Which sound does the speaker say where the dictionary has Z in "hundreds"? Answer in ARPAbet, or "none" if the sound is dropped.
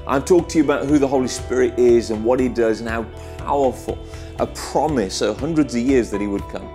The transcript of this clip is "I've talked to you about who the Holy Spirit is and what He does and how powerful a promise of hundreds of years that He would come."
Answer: Z